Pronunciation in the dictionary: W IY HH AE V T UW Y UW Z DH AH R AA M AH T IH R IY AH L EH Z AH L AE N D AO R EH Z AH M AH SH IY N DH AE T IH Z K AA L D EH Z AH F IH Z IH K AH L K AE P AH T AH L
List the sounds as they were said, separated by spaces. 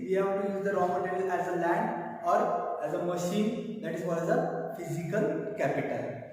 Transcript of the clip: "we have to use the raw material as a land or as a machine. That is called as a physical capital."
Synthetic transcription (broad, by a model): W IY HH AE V T UW Y UW Z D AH R AA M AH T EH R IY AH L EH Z AH L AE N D AO R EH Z AH M AH SH IY N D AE T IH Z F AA D EH Z AH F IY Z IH K AH L K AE P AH T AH L